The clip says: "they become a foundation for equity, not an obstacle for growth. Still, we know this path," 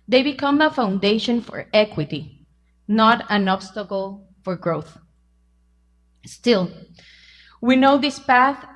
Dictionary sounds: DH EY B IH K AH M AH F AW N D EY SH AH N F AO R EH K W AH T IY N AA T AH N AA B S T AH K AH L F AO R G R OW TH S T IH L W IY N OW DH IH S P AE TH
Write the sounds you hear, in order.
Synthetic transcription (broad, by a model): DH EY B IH K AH M AH F AW N D EY SH AH N F AO R EH K W AH T IY N AA T AH N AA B S T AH K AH L F AO R G R OW TH S T IH L W IY N OW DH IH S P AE TH